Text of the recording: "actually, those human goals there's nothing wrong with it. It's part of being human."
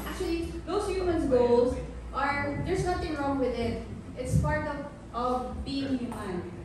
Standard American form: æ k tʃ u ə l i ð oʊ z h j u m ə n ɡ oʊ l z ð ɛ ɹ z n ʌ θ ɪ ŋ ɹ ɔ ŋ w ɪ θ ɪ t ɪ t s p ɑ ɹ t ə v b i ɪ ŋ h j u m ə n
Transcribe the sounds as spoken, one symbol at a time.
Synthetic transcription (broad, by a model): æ k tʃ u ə l i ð oʊ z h j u m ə n ɡ oʊ l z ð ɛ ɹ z n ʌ t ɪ ŋ ɹ ɔ ŋ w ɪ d ɪ t ɪ t s p ɑ ɹ t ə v b i ɪ ŋ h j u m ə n